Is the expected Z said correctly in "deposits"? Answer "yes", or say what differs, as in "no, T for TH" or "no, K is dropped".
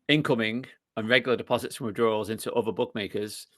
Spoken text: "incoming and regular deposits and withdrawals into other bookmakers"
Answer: yes